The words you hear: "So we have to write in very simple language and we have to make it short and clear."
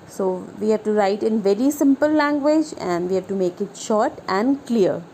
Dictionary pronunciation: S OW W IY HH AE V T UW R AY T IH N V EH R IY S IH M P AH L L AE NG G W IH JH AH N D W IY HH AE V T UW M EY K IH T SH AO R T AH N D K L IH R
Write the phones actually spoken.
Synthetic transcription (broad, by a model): S OW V IY HH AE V T UW R AY T IH N V EH R IY S IH M P AH L L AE NG G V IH JH AH N D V IY HH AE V T UW M EY K IH T SH AO R T AH N D K L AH R